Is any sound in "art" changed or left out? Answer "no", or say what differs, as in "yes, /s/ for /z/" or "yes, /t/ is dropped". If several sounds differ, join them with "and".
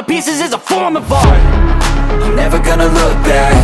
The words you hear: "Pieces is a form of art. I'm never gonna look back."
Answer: yes, /t/ is dropped